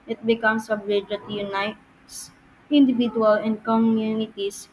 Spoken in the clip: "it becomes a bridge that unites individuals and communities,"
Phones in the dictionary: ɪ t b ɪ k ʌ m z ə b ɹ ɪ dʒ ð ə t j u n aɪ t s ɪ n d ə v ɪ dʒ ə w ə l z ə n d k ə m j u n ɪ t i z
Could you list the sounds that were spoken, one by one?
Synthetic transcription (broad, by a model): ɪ t b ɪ k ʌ m s ə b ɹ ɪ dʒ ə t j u n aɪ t s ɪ n d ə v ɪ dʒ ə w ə l ə n d k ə m j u n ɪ t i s